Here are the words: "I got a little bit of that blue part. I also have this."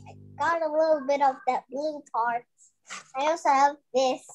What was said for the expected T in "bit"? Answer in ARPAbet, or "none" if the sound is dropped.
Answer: T